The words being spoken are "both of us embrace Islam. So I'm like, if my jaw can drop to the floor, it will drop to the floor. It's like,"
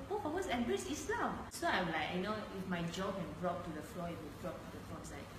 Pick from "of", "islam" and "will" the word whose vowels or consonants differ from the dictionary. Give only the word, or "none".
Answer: of